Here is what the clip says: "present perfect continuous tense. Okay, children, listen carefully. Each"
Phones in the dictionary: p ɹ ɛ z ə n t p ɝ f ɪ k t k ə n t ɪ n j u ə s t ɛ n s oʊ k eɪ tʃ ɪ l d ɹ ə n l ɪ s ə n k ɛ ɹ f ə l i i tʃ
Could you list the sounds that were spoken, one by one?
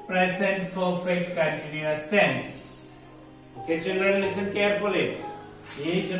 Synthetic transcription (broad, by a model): p ɹ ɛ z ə n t f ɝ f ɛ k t k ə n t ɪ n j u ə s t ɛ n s oʊ k eɪ tʃ ɪ l d ɹ ə n l ɪ s ə n k ɛ ɹ f ə l i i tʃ